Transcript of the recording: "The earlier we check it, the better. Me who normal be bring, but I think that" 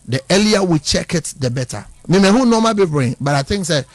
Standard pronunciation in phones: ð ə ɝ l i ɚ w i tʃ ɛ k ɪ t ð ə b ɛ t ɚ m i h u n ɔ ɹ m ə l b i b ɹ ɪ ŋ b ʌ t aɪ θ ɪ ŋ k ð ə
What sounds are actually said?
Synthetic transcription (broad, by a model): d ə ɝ l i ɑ w i tʃ ɛ k ɪ t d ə b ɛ t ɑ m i h u n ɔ m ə b i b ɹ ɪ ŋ b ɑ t aɪ t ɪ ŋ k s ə